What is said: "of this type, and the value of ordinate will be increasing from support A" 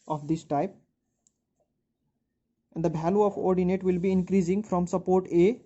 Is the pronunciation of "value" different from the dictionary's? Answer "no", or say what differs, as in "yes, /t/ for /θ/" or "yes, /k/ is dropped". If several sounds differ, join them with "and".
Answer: yes, /b/ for /v/